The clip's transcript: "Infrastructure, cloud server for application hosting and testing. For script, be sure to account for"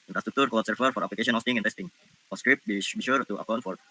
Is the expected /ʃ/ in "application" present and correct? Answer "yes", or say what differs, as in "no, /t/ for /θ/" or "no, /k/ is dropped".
no, /ʃ/ is dropped